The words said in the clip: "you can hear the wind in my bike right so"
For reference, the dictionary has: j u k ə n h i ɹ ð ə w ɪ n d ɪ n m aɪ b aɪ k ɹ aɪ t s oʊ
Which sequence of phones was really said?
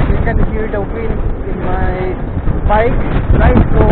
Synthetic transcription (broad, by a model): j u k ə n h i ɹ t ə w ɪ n ɪ n m aɪ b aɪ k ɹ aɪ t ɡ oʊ